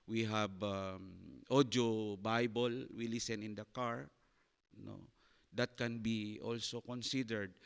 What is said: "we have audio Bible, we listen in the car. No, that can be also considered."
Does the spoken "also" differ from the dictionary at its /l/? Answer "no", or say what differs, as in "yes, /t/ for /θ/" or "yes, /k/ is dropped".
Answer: no